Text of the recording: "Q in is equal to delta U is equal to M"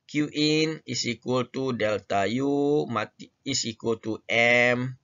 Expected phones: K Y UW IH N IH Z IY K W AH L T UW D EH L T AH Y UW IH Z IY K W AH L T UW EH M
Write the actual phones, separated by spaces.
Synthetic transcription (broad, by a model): K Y UW IH N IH S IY K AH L T UW D EH L T AH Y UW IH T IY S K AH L T UW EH M